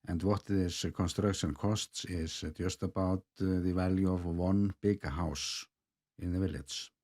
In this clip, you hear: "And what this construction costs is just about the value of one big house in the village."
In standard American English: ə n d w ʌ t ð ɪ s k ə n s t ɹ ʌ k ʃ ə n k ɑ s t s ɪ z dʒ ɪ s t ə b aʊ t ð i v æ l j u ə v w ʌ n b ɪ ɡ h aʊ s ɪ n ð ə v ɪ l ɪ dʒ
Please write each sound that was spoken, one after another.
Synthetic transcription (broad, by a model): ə n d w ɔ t ð ɪ s k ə n s t ɹ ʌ k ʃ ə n k ɑ s t s ɪ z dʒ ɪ s t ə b aʊ t ð i v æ l j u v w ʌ n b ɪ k h aʊ s ɪ n ð ə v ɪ l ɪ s